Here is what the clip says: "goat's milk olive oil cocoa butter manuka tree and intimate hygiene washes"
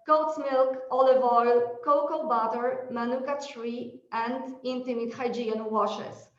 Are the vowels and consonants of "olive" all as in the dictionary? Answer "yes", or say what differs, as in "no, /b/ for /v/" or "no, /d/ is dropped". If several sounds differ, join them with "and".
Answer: yes